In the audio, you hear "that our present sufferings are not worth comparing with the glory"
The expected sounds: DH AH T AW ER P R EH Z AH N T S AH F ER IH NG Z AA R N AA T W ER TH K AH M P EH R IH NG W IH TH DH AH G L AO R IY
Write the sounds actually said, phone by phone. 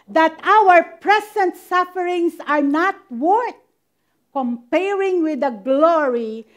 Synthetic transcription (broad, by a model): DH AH T AW ER P R EH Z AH N T S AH F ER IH NG S AA R N AA T W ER T K AH M P EH R IH NG W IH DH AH G L AO R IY